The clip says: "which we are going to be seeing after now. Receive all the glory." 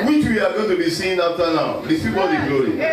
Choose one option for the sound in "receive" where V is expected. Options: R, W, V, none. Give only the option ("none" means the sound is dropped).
W